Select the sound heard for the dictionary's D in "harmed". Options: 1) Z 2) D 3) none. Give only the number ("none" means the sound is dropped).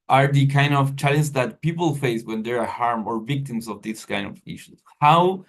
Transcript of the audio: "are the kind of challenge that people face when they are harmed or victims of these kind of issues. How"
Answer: 3